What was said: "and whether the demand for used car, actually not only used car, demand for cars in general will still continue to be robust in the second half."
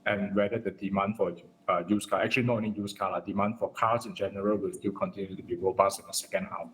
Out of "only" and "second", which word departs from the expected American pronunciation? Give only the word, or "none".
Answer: only